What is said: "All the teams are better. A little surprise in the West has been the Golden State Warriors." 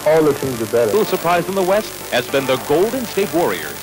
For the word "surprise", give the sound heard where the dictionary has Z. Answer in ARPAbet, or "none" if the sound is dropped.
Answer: Z